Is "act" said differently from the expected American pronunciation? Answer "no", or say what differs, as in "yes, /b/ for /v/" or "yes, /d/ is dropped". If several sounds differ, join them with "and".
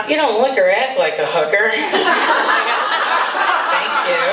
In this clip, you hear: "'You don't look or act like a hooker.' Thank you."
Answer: yes, /k/ is dropped